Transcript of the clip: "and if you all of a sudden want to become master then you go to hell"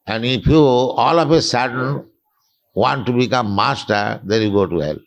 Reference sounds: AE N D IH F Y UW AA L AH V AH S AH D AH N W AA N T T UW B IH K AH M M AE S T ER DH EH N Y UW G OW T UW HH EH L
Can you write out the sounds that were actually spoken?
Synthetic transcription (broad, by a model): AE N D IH P Y UW AA L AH P AH S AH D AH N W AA N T T UW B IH K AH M M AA S T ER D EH N Y UW G OW T UW HH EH L